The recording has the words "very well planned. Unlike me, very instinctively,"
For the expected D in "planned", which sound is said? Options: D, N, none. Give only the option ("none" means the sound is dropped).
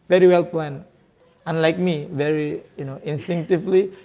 none